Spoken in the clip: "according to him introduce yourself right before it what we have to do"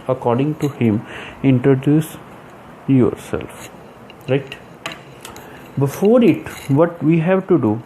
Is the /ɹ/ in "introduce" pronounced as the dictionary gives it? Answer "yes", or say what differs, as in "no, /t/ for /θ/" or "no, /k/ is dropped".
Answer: yes